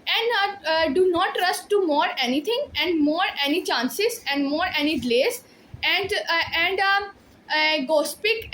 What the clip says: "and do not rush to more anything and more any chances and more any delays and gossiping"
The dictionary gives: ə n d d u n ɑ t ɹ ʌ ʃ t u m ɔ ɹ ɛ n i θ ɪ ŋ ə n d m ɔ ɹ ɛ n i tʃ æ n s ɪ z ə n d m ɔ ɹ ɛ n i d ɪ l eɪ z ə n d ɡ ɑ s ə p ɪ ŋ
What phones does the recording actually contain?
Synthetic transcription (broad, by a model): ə n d d u n ɑ t ɹ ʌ s t u m ɔ ɹ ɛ n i t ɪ ŋ ə n d m ɔ ɹ ɛ n i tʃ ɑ n s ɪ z ə n d m ɔ ɹ ɛ n i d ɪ l eɪ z ə n d ɡ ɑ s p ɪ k